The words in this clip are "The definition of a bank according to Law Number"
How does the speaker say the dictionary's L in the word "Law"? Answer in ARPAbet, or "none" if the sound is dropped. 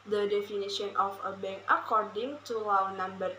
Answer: W